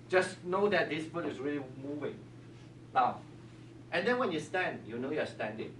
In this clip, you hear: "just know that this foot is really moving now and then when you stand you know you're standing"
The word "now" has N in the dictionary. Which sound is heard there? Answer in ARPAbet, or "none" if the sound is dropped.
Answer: L